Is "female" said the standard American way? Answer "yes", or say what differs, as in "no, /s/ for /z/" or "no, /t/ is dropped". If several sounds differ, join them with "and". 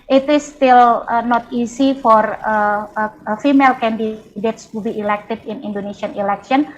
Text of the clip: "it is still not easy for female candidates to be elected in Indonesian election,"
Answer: yes